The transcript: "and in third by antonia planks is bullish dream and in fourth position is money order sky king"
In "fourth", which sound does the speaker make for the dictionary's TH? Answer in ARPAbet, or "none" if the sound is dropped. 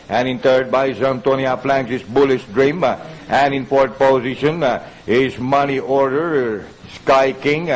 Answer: T